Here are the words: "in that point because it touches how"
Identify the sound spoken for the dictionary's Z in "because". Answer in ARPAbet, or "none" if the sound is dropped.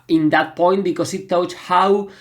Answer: S